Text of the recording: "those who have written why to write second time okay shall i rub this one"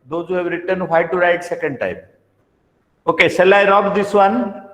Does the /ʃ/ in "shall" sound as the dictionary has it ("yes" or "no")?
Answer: no